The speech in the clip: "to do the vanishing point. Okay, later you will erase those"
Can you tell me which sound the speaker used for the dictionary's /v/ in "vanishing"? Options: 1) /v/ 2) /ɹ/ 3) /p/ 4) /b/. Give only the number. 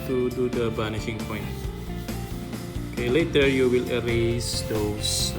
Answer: 4